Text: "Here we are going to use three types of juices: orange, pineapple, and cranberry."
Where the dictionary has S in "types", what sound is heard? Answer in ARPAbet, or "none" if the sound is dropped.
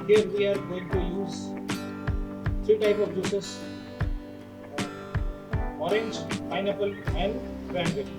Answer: none